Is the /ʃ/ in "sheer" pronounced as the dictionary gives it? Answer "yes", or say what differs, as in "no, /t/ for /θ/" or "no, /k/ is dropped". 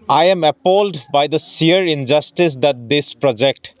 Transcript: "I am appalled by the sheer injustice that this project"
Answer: no, /s/ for /ʃ/